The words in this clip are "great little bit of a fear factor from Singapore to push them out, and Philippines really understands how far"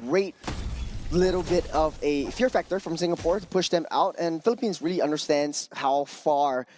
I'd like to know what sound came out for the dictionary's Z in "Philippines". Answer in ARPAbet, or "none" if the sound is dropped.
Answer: Z